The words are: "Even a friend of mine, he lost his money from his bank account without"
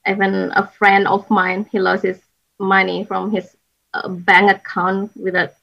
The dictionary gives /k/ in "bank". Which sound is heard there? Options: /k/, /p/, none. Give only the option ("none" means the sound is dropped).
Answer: none